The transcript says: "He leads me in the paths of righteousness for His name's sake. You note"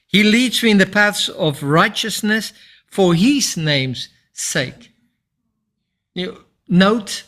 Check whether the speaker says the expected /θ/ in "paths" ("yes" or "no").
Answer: yes